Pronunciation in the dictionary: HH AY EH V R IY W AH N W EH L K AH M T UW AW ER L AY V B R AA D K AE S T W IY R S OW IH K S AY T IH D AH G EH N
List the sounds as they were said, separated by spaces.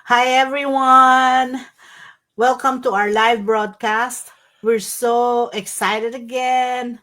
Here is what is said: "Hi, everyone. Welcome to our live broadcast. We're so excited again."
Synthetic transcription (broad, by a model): HH AY EH V R IY W AH N W EH L K AH M T UW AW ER L AY V B R AA D K AE S T W IY R S OW IH K S AY T IH D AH G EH N